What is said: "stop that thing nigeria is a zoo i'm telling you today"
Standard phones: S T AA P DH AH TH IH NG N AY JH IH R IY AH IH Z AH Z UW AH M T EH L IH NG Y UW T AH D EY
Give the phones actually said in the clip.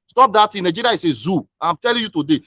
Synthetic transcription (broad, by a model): S T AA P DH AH T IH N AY JH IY R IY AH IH S AH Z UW AH M T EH L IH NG Y UW T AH D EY